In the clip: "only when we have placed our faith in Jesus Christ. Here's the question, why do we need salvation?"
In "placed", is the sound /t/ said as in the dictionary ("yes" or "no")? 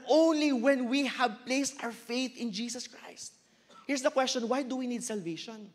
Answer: yes